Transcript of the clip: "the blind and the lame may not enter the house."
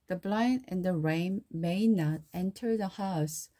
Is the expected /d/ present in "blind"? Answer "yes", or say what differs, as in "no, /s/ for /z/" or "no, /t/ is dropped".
no, /d/ is dropped